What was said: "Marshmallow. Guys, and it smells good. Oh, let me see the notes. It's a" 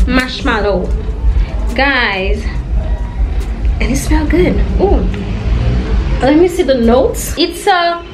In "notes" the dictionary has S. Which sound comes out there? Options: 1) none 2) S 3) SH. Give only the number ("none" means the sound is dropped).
2